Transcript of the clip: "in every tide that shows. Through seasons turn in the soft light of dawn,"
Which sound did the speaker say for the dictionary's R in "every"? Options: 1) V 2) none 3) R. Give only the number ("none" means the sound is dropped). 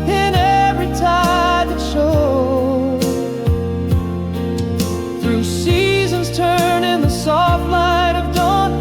3